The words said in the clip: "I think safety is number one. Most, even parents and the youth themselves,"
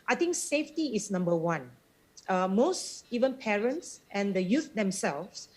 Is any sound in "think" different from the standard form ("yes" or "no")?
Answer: yes